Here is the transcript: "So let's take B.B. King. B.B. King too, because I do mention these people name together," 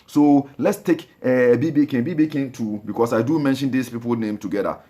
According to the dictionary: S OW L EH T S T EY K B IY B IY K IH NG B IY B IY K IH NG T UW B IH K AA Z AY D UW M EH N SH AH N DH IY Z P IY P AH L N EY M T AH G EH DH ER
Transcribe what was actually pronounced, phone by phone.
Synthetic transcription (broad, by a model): S OW L EH T S T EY K B IY B IY K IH B IY B IY K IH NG T UW B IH K AA S AY D UW M EH N SH AH N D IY S P IY P AH L N EY M T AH G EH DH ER